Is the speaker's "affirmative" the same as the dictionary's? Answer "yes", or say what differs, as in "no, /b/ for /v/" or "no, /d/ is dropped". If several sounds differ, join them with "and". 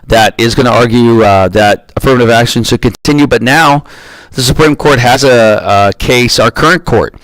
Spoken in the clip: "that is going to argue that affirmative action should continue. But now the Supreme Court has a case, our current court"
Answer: yes